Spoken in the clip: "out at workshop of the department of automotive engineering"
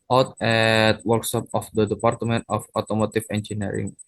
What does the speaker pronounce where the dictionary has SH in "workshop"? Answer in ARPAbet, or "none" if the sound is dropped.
S